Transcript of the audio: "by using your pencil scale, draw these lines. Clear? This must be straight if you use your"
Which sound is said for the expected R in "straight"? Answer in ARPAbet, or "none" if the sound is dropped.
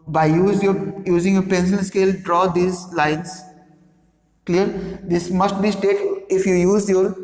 none